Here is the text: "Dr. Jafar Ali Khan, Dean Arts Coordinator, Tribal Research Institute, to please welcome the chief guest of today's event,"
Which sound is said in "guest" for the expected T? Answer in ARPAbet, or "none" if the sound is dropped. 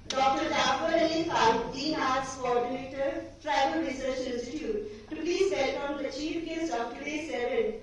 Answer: none